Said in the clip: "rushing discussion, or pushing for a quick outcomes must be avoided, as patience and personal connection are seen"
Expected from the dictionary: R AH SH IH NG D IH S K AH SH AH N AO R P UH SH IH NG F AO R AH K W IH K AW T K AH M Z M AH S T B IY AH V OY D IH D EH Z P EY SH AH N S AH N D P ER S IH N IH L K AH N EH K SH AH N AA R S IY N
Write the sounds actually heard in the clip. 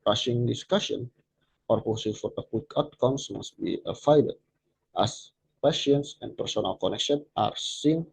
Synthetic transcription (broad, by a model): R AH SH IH NG D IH S K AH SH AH N AO R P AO S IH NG F AO R AH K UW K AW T K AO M S M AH S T B IY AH F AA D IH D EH S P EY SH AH N S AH N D P ER S IH N IH L K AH N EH K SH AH N AA R S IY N